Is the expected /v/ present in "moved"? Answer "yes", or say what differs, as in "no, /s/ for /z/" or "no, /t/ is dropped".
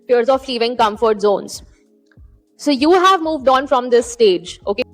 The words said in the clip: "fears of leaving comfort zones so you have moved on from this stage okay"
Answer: yes